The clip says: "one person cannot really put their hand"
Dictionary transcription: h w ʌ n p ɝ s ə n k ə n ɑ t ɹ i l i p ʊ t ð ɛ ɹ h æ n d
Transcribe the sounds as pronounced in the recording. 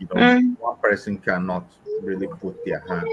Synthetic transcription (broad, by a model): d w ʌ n p ɝ s ə n k ə n ɑ t ɹ i l i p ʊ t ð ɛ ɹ h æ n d